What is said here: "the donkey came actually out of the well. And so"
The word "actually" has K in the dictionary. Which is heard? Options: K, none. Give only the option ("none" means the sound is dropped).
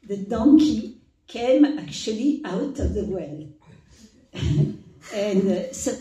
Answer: K